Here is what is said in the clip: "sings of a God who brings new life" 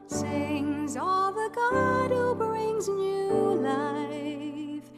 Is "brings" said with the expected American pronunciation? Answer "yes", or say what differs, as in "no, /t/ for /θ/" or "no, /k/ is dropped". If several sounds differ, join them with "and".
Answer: yes